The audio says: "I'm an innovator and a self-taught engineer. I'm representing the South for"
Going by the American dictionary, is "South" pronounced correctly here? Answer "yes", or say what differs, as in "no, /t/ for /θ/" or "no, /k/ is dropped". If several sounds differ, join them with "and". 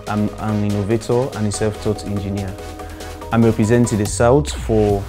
no, /t/ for /θ/